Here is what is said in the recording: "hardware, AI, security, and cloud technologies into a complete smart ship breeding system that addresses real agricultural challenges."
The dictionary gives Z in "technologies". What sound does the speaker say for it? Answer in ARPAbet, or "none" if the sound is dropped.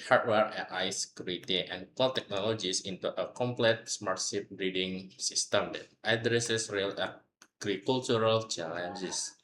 S